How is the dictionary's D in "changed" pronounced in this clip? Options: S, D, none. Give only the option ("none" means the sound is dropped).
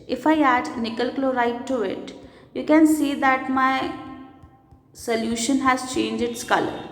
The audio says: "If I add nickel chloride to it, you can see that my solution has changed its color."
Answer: none